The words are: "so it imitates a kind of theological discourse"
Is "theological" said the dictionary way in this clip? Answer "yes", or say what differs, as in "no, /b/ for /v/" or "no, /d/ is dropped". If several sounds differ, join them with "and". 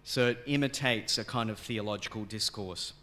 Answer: yes